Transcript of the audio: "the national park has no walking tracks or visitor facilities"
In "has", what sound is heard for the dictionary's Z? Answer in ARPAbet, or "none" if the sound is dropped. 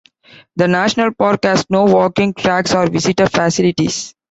S